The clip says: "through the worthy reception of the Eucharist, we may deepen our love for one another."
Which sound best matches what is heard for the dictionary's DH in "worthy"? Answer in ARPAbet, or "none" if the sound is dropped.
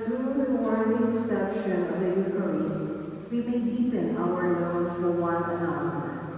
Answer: none